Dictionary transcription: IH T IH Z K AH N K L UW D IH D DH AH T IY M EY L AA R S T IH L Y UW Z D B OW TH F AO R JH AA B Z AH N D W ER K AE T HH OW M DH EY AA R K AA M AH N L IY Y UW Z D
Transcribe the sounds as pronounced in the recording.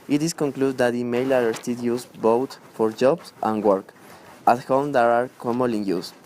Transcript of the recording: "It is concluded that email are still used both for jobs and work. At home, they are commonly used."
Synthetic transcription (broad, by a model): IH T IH S K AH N K L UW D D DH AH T IY M EY L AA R S T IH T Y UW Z B OW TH F AO R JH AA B S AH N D W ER K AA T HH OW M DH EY AA R K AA M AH L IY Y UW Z